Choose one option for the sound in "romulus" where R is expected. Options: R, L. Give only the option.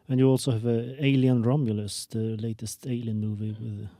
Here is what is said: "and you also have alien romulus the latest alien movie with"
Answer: R